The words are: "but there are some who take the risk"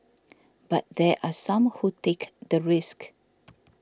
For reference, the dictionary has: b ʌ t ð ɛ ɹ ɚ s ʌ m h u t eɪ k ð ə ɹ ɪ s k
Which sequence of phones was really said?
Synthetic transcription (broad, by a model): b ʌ t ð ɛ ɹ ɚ s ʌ m h u t eɪ k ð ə ɹ ɪ s k